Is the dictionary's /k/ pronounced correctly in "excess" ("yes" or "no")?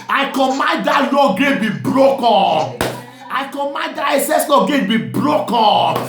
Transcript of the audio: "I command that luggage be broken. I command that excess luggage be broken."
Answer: no